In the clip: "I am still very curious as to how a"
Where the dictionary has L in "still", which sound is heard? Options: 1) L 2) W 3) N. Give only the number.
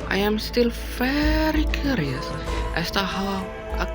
1